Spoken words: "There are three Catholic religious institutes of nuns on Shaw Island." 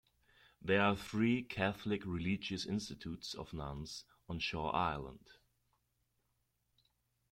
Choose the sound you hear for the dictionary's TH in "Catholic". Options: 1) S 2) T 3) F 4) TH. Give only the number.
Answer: 4